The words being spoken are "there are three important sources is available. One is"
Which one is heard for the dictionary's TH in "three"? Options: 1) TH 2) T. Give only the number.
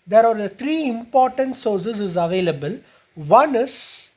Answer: 2